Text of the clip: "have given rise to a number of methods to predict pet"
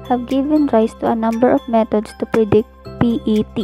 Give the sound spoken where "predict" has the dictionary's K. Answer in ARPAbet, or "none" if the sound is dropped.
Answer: K